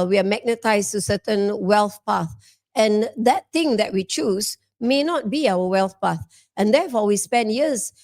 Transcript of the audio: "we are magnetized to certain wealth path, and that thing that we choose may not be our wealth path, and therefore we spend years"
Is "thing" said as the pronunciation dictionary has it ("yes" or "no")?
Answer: no